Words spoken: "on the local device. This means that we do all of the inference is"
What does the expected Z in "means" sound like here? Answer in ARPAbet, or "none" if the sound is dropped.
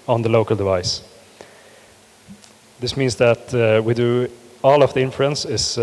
S